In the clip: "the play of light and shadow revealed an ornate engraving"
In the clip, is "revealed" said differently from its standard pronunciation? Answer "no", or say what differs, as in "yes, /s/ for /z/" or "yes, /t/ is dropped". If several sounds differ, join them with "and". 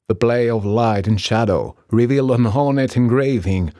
no